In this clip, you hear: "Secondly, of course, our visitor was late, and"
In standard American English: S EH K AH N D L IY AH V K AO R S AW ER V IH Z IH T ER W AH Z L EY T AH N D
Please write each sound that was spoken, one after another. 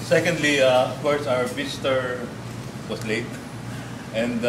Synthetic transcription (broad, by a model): S EH K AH N D L IY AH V K AO R S AW ER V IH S T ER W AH S L EY T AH N D